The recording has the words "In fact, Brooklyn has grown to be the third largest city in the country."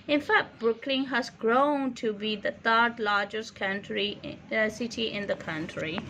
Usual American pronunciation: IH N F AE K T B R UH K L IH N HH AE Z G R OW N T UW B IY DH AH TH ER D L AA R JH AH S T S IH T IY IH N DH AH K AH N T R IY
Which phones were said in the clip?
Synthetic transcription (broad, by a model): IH N F AE K T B R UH K L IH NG HH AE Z G R OW N T UW B IY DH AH T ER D L AA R JH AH S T S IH T IY IH N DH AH K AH N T R IY